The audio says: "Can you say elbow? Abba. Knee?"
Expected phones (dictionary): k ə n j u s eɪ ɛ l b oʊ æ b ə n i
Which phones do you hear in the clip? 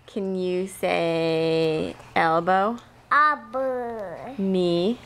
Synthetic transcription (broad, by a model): k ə n j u s eɪ ɛ l b oʊ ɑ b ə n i